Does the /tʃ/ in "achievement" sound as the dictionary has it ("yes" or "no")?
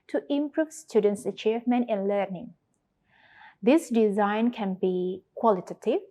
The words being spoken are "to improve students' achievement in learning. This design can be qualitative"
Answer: yes